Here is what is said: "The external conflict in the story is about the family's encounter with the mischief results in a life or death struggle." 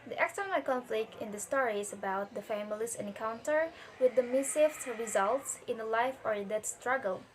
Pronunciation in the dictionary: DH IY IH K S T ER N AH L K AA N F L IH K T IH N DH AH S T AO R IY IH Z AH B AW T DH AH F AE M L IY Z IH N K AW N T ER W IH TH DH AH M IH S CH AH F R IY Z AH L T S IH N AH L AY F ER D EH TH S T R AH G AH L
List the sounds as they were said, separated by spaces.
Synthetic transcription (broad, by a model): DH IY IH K S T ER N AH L K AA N F L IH K T IH N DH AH S T AO R IY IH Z AH B AW T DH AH F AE M L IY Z IH N K AW N T ER W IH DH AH M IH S AH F R IY Z AH L T S IH N AH L AY F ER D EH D S T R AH G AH L